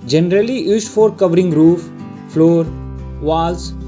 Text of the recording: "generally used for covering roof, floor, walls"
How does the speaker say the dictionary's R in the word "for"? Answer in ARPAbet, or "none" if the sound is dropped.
R